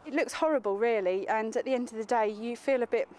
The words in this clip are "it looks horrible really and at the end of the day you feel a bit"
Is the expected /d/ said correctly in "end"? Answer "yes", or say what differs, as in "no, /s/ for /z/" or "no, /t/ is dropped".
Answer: yes